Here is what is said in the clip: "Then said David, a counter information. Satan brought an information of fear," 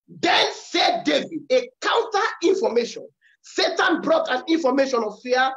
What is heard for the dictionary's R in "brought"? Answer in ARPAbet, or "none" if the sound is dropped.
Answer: R